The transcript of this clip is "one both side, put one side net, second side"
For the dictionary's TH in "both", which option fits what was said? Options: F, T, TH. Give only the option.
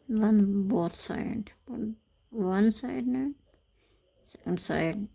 T